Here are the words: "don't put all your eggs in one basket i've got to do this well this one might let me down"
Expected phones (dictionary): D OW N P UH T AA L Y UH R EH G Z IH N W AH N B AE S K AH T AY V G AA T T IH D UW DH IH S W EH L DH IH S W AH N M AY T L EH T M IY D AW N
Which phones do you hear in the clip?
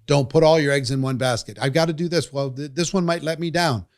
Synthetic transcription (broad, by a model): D OW N P UH T AA L Y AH R EH G Z IH N W AH N B AE S K AH T AY V G AA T T IH D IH DH IH S W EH L DH IH S W AH N M AY T L EH T M IY D AW N